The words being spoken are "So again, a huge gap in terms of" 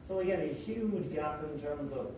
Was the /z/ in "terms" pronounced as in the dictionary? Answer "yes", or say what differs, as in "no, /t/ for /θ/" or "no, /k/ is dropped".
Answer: yes